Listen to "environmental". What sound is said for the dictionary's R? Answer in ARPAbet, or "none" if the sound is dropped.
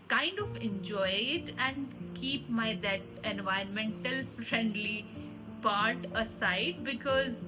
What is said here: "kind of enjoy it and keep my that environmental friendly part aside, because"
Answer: none